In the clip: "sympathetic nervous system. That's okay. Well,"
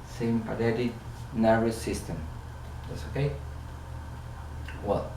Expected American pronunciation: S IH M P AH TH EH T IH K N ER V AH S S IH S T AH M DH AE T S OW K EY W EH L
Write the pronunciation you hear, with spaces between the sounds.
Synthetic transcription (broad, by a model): S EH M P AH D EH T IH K N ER AH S S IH S T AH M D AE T S OW K EY W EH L